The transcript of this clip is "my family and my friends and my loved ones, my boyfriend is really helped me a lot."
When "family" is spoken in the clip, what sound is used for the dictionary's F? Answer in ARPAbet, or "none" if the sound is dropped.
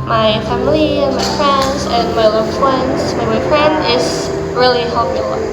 F